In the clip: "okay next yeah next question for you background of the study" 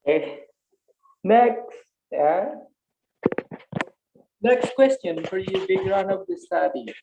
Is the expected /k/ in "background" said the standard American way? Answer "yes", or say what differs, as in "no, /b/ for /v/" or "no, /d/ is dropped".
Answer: no, /k/ is dropped